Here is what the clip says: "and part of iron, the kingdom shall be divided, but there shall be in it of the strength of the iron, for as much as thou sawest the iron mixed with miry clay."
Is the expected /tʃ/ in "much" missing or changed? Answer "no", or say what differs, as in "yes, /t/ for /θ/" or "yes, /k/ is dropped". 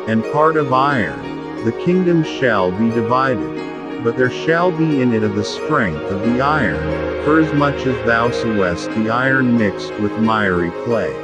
no